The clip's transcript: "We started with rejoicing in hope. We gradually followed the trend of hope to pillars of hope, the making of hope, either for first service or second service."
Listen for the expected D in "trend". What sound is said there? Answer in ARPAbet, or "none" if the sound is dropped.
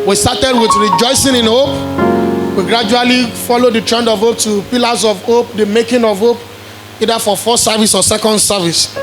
D